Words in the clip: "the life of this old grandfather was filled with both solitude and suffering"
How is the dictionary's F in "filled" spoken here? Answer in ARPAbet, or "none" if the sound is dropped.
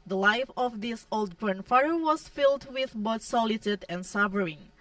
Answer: F